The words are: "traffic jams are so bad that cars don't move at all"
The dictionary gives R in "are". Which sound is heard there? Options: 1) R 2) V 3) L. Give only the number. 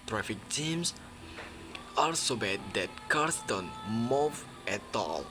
3